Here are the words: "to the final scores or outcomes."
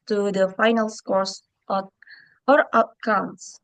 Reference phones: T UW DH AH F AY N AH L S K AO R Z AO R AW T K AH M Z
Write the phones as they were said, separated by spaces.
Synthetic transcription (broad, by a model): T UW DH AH F AY N AH L S K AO R S AO R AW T K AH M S